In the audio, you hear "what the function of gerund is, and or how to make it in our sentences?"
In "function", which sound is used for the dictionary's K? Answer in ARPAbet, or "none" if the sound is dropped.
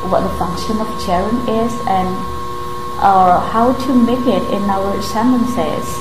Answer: K